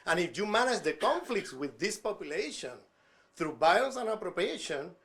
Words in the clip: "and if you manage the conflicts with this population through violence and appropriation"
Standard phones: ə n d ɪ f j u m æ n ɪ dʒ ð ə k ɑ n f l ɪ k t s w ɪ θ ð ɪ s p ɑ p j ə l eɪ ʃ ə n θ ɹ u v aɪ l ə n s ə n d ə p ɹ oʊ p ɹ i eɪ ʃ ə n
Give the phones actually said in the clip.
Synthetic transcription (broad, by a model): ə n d ɪ f j u m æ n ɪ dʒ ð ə k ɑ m f l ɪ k t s w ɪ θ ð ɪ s p ɑ p j ə l eɪ ʃ ə n θ ɹ u b aɪ ə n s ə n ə p ɹ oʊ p ɹ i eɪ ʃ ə n